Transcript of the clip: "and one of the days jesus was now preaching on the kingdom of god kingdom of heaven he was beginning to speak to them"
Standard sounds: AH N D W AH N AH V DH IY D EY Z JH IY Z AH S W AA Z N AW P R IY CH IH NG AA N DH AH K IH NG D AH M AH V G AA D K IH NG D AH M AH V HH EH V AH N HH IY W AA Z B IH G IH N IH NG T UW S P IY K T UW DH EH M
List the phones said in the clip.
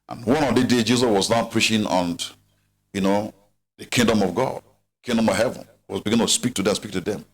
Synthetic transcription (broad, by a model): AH N W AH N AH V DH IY D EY JH IY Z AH S W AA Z N AW P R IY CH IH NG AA N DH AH K IH NG D AH M AH V G AA D K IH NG D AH M AH V HH EH V AH N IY W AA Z B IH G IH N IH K T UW S P IY K T UW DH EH M